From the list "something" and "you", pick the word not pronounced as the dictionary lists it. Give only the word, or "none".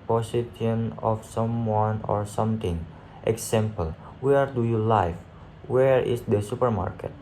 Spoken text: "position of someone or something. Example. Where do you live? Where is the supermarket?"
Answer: something